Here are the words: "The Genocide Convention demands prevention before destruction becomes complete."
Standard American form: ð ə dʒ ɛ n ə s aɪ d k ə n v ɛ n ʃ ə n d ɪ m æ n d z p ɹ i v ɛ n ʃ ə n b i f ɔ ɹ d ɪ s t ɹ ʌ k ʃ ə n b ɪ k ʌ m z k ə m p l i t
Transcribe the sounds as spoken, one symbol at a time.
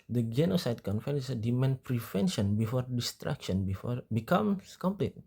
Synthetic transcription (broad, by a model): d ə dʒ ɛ n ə s aɪ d k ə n f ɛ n s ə d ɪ m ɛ n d p ɹ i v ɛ n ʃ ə n b i f ɔ ɹ d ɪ s t ɹ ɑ k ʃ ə n b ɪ k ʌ m s k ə m p l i t